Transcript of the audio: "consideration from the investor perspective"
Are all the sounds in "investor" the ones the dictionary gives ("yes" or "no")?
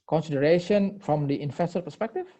no